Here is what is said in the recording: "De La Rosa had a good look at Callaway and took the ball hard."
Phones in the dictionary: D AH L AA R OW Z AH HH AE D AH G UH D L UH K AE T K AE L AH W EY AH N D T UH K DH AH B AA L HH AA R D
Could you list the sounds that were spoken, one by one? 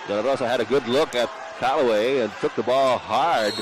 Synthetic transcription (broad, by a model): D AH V AA L OW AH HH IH D AH G UH D L UH K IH T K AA L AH W EY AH N T UH K DH AH B AA L HH AA R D